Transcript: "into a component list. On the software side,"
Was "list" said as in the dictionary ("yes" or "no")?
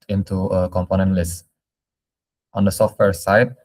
yes